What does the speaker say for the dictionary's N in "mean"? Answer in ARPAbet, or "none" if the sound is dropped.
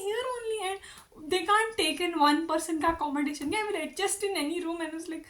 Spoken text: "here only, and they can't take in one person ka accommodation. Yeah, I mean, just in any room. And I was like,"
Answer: L